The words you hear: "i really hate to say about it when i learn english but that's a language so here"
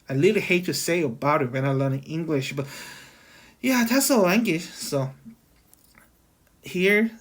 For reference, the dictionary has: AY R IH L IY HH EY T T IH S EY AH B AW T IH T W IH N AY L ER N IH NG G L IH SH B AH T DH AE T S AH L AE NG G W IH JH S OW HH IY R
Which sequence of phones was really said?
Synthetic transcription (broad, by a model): AY L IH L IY HH EY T T IH S EY AH B AW T IH T W IH N AY L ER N IH NG G L IH SH B AH T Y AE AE S AH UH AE NG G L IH SH S OW HH IY R